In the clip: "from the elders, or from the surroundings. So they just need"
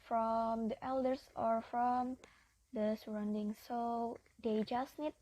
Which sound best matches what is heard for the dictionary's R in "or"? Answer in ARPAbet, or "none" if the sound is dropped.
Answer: R